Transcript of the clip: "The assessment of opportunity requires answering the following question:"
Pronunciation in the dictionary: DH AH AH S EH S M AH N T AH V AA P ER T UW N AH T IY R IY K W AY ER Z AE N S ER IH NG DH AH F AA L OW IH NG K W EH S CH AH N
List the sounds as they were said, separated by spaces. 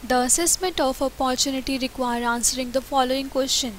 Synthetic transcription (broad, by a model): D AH AH S EH S M AH N T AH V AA P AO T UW N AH T IY R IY K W AY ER AA N S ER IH NG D AH F AA L OW IH NG K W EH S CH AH N